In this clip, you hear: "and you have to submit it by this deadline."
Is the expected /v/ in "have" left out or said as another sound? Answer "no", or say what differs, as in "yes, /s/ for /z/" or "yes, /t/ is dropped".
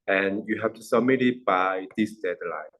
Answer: yes, /f/ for /v/